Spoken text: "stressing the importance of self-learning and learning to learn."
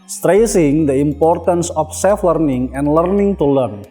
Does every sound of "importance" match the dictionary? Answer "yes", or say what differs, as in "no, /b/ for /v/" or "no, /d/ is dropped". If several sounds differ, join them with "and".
yes